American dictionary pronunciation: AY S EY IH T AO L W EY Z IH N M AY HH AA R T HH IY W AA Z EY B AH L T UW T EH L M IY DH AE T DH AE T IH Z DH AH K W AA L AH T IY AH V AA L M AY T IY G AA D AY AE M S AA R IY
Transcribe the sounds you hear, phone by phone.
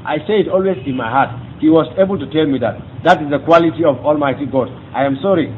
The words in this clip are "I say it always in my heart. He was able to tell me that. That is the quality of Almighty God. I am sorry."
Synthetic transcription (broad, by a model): AY S EY IH T AO L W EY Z IH N M AY HH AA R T HH IY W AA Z EY B AH L T UW T EH L M IY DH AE T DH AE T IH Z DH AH K W AA L AH T IY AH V AA L M AY T IY G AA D AY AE M S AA R IY